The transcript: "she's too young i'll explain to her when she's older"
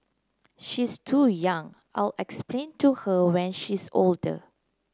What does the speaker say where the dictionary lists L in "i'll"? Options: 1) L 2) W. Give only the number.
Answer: 1